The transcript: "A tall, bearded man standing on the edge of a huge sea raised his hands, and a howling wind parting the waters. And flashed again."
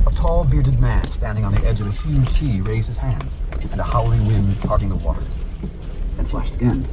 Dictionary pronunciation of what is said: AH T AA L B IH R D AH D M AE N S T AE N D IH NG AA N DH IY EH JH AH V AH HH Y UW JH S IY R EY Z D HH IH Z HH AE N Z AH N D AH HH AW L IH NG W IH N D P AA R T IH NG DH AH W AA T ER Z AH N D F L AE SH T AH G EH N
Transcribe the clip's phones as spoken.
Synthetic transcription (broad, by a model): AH T AA L B IH R D AH D M AE N S T AE N D IH NG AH N DH IY EH JH AH V AH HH Y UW ZH S IY R EY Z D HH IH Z HH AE N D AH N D AH HH AW L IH W IH N D P AA R T IH NG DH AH W AA T ER Z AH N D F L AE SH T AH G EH N